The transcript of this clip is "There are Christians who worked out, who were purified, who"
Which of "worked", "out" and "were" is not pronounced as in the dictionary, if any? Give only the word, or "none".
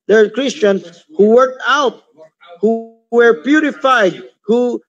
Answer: none